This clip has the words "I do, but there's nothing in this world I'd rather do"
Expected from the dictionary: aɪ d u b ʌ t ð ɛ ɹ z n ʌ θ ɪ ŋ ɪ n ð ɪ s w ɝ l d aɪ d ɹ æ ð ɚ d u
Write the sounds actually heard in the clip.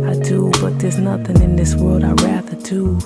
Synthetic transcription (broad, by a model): aɪ d u b ʌ t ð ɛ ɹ z n ʌ θ ɪ ŋ ɪ n ð ɪ s w ɝ l d aɪ ɹ æ ð ɚ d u